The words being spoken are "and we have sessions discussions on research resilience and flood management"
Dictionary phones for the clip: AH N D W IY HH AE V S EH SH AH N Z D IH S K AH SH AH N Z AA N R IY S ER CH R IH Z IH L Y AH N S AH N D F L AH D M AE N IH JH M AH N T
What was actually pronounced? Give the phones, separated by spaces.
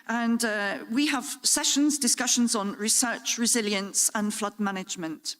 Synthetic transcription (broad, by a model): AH N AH W IY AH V S EH SH AH N Z D IH S K AH SH AH N Z N R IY S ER CH R IH Z IH L Y AH N S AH N F L AH D M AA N IH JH M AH N T